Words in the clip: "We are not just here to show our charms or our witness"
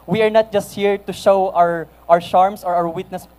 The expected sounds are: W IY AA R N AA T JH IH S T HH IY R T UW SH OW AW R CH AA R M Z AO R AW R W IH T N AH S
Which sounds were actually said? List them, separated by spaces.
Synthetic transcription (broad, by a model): W IY AA R N AA T JH IH S T HH IY R T UW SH OW AW R SH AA R M S AO R AW R W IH T N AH S